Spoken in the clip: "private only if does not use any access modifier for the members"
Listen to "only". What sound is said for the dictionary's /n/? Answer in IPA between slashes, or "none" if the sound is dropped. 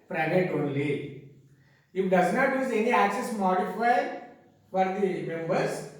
/n/